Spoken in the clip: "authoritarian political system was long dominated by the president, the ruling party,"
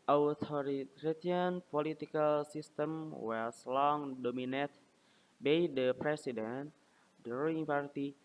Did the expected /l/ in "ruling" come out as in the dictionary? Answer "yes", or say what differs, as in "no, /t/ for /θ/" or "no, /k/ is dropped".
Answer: no, /l/ is dropped